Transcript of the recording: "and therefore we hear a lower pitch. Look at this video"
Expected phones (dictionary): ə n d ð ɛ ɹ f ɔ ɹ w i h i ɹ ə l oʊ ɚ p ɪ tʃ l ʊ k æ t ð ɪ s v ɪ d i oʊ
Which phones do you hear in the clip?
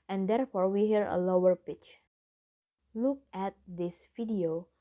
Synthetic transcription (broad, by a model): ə n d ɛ ɹ f ɔ ɹ w i h i ɹ ə l oʊ ɚ p ɪ tʃ l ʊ k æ t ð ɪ s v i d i oʊ